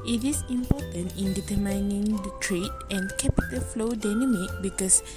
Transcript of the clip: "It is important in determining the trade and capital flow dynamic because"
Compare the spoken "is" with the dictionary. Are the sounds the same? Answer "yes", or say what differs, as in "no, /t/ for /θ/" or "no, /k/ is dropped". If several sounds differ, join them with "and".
no, /s/ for /z/